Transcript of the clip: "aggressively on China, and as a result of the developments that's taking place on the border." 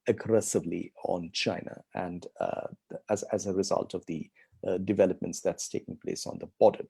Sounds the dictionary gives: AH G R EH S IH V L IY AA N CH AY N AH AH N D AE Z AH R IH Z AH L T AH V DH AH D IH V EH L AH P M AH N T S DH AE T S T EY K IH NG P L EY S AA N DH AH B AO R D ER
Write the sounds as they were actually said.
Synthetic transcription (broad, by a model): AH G R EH S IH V L IY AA N CH AY N AH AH N D AE Z AH R IH Z AH L T AH V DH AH D IH V EH L AH P M AH N T S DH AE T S T EY K IH NG P L EY S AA N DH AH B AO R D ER